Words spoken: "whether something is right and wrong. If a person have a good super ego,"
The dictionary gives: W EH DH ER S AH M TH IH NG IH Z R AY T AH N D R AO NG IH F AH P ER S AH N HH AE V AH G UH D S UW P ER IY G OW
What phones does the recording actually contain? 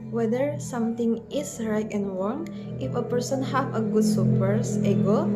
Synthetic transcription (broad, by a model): W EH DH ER S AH M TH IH NG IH S R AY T AH N D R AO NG IH F AH P ER S AH N HH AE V AH G UH D S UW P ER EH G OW